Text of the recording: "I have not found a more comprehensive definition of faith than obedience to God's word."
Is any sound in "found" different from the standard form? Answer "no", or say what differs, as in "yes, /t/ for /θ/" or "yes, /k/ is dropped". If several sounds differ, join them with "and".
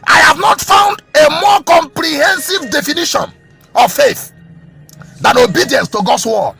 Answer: no